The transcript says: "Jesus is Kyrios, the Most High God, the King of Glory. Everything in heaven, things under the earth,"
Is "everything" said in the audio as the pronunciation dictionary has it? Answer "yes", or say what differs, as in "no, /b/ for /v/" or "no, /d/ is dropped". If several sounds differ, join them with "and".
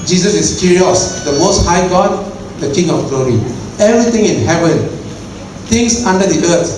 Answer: no, /t/ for /θ/